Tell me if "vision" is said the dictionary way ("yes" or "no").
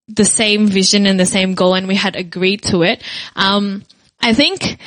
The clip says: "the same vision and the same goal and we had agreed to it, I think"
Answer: yes